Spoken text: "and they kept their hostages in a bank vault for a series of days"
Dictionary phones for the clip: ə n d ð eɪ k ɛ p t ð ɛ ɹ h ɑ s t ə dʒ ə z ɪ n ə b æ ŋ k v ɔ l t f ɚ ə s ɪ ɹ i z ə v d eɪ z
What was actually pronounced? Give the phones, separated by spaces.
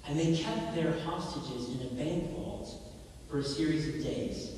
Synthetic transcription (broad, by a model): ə n ð eɪ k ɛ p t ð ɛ ɹ h ɑ s t ə dʒ ə z ɪ n ə b æ ŋ k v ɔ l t f ɚ ə s ɪ ɹ i z ə v d eɪ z